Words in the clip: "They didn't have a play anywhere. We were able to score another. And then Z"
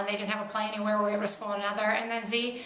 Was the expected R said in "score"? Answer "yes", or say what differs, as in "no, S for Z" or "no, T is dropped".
no, L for R